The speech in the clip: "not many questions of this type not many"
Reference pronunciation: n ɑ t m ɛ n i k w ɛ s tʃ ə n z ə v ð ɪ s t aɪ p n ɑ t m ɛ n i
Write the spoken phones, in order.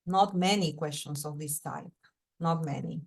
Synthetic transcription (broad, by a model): n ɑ t m ɛ n i k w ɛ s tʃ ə n s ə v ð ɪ s t aɪ p n ɑ t m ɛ n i